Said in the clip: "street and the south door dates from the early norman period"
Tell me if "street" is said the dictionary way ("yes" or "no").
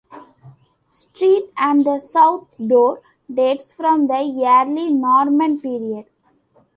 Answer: yes